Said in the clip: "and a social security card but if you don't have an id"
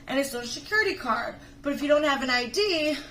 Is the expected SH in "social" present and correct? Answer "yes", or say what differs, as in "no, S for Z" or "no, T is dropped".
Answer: no, SH is dropped